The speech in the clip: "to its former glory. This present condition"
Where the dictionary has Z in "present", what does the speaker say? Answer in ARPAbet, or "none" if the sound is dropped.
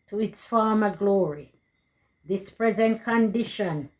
Z